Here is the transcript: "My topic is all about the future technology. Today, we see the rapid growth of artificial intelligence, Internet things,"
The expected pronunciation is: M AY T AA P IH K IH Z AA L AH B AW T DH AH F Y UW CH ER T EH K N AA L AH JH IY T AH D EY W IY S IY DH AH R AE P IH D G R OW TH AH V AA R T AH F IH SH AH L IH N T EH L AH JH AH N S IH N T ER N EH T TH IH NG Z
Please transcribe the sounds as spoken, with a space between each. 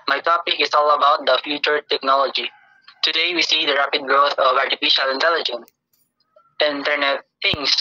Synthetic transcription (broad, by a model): M AY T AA P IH K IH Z AA L AH B AW T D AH F Y UW CH ER T EH K N AA L AH JH IY T AH D EY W IY S IY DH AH R AE P IH D G R OW T AH V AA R T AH F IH SH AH L IH N T EH L AH JH AH N S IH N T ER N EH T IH NG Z